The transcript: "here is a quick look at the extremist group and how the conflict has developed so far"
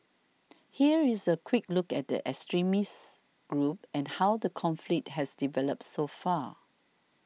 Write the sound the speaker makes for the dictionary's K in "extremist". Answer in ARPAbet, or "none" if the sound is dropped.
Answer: none